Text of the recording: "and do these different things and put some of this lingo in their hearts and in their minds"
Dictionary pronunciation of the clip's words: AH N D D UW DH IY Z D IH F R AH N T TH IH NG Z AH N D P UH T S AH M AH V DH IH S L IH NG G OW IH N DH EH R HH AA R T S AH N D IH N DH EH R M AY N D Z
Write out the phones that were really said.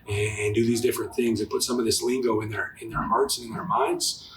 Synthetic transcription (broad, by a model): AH N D D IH DH IY Z D IH F R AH N TH IH NG Z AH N P UH T S AH M AH V DH IH S L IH NG G OW IH N DH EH R HH AA R T S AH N IH N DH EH R M AY N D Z